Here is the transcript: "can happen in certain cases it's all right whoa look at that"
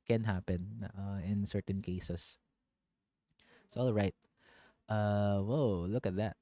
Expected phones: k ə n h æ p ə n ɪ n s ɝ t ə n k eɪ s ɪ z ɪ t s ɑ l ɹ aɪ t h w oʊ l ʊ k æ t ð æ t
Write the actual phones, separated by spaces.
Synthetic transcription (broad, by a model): k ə n h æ p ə n ɪ n s ɝ t ə n k eɪ ɪ s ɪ s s ɑ l ɹ aɪ t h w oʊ l ʊ k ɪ t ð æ t